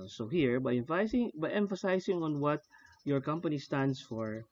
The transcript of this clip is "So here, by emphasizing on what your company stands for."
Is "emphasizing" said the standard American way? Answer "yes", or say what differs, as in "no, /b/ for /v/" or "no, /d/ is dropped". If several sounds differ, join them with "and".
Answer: no, /s/ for /z/